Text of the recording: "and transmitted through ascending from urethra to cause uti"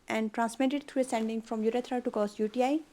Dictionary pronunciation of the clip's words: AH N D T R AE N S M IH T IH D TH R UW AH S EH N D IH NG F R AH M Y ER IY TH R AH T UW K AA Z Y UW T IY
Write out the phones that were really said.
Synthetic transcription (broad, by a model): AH N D T R AE N S M IH T IH D T R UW AH S EH N D IH NG F R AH M Y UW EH T R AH T UW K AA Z Y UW T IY